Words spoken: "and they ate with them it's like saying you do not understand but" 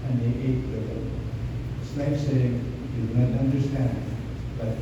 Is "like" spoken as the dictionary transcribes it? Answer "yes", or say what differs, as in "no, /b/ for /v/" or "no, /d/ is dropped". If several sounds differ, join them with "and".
no, /n/ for /l/